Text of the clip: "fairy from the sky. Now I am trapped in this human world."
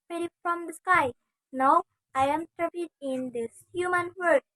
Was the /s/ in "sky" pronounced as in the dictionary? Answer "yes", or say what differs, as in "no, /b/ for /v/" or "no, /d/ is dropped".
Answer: yes